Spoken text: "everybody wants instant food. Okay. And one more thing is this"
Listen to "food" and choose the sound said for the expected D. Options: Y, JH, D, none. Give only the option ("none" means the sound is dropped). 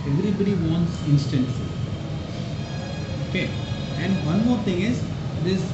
none